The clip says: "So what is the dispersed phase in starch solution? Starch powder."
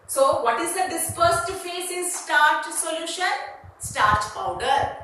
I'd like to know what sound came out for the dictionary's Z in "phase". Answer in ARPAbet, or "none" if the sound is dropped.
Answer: S